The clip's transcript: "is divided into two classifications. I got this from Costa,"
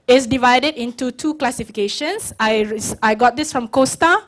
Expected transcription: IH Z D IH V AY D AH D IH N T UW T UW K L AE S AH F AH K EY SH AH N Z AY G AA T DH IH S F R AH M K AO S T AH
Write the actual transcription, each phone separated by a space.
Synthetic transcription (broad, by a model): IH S D IH V AY D AH D IH N T UW T UW K L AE S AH F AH K EY SH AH N S AY G AA T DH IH S F R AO M K AO S T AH